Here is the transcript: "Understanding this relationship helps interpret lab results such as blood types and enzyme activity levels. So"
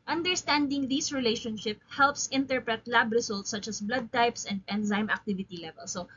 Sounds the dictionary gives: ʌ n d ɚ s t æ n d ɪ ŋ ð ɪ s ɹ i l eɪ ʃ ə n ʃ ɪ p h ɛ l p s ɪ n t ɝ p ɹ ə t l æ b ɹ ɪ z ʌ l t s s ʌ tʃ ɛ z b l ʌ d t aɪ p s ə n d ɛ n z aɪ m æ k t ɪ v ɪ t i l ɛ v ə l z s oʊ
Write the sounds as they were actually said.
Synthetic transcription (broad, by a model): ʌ n d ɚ s t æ n d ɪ ŋ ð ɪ s ɹ i l eɪ ʃ ə n ʃ ɪ p h ɛ l p s ɪ n t ɝ p ɹ ə t l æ b ɹ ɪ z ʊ l t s s ʌ tʃ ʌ s b l ʌ d t aɪ p s ə n d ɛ n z aɪ m æ k t ɪ v ɪ t i l ɛ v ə l s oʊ